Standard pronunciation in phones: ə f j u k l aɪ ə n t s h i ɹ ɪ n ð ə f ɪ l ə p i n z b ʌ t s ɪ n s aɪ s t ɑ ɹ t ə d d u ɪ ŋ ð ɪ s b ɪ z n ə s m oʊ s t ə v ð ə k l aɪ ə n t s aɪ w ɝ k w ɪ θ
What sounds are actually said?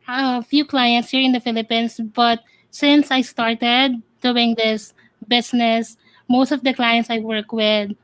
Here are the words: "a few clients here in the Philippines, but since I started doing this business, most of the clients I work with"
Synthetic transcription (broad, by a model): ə f j u k l aɪ ə n t s h i ɹ ɪ n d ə f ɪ l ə p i n s b ʌ t s ɪ n s aɪ s t ɑ ɹ t ə d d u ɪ ŋ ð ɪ s b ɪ s n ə s m oʊ s t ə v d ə k l aɪ ə n t s aɪ w ɝ k w ɪ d